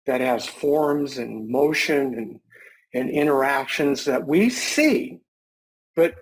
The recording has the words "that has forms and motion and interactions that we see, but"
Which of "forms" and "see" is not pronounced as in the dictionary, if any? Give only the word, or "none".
none